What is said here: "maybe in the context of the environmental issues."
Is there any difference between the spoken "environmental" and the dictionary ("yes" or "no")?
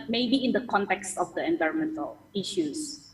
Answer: no